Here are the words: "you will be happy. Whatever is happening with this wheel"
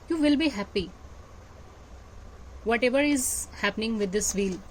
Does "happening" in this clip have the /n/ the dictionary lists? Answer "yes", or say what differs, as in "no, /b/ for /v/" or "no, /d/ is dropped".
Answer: yes